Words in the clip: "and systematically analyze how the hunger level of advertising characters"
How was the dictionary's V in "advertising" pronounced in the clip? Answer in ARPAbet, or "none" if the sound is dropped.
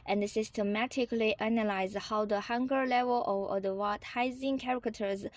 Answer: W